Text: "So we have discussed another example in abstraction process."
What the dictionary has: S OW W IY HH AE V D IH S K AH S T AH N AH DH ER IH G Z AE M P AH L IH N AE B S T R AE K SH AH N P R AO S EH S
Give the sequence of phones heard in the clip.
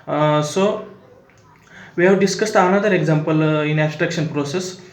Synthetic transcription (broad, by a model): S OW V IY HH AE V D IH S K AH S T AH N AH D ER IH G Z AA M P AH L IH N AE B S T R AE K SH AH N P R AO S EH S